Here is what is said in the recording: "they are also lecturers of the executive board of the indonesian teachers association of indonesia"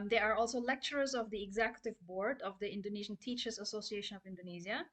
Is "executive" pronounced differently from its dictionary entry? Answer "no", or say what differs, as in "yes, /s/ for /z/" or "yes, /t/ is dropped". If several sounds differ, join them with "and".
no